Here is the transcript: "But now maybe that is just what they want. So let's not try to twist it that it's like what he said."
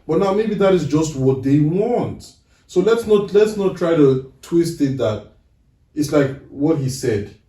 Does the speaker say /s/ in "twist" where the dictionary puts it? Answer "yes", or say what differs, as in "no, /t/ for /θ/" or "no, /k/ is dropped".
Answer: yes